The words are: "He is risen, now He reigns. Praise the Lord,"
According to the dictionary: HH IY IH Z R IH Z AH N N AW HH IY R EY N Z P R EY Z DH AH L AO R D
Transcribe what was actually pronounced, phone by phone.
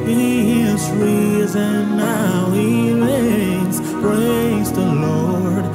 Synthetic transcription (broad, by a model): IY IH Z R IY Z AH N N AW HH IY L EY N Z P R EY Z DH AH L AO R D